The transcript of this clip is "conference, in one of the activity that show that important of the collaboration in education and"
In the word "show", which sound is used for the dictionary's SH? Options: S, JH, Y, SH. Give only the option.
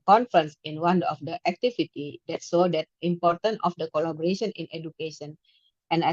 S